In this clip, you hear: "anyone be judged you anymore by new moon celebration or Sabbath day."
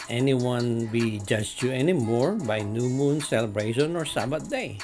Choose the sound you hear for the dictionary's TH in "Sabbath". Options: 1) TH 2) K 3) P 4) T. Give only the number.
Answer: 4